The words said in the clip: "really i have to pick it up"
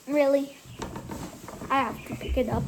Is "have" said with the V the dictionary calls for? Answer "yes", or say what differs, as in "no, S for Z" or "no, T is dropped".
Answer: no, F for V